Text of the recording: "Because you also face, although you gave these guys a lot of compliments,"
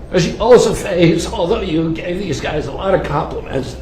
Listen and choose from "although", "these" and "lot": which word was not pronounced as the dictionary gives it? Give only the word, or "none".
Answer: none